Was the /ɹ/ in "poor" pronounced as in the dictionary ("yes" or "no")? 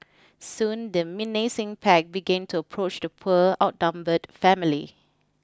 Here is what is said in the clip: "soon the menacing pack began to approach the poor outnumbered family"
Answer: no